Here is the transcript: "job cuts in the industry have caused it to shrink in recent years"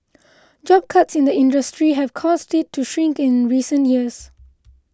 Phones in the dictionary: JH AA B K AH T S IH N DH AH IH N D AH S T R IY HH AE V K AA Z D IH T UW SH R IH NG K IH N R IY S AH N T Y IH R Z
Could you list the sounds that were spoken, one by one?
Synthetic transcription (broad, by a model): JH AA B K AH T S IH N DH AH IH N D AH S T R IY HH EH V K AA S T IH T UW SH R IH NG K IH N R IY S AH N T Y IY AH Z